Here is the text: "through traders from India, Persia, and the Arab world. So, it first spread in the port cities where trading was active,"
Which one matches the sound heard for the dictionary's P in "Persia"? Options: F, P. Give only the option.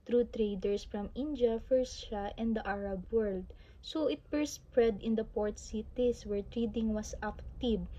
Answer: F